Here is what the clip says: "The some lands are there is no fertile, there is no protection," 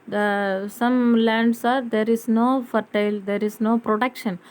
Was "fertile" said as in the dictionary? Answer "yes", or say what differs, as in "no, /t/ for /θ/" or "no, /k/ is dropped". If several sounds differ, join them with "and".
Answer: yes